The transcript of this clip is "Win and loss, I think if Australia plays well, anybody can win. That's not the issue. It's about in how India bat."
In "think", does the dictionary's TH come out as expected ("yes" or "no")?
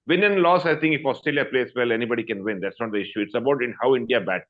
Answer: no